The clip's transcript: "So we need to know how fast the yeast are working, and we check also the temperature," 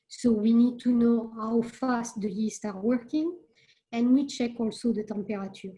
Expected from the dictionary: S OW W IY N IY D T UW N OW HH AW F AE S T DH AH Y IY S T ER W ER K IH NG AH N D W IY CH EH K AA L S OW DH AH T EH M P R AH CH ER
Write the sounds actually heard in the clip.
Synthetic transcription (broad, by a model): S OW W IY N IY D T UW N OW HH AW F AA S T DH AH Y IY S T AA W ER K IH NG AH N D W IY CH EH K AA L S OW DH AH T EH M P R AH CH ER